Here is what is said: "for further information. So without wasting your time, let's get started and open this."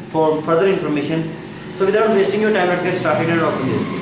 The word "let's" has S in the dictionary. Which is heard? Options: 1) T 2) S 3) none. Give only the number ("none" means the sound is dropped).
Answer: 3